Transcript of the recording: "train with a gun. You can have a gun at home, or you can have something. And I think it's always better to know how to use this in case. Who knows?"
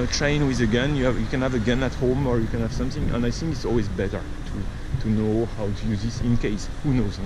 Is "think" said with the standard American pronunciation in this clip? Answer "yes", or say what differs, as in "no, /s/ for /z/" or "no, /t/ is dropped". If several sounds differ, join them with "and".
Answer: yes